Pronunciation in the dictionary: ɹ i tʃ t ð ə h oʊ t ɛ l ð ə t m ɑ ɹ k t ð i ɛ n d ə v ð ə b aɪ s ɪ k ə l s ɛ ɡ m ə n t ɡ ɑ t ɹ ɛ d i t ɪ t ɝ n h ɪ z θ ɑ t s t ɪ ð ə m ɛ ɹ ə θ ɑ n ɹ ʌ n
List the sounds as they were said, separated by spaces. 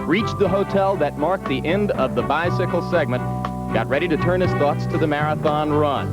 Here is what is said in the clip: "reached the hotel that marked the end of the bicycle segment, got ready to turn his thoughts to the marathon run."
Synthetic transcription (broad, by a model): ɹ i tʃ ð ə h oʊ t ɛ l ð ə t m ɑ ɹ k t ð i ɛ n d ə v ð ə b aɪ s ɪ k l s ɛ ɡ m ə n t ɡ ɑ t ɹ ɛ d i t ɪ t ɝ n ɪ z θ ɑ t s t ɪ ð ə m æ ɹ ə θ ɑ n ɹ ʌ n